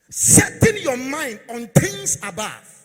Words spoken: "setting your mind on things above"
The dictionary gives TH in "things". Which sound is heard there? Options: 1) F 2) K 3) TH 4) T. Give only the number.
4